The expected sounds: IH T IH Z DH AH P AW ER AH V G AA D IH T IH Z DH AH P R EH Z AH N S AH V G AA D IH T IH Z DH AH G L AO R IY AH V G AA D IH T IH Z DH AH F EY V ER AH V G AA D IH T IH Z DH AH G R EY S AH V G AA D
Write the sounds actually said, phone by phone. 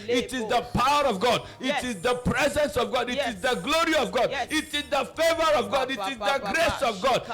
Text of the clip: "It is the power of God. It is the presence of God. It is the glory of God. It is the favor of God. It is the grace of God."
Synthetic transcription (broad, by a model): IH T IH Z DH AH P AW ER AH V G AA D IH T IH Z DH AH P R EH Z AH N S AH V G AA D IH T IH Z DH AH G L AO R IY AH V G AA D IH T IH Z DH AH F EY V ER AH V G AA D IH T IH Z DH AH G R EY S AH V G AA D